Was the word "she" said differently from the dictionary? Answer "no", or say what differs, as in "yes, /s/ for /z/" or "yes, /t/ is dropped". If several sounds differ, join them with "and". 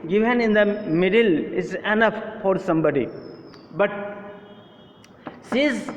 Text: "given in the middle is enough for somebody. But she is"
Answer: yes, /s/ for /ʃ/